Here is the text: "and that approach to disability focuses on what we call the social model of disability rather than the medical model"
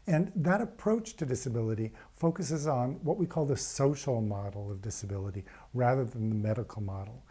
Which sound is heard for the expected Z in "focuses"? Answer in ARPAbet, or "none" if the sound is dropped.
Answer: Z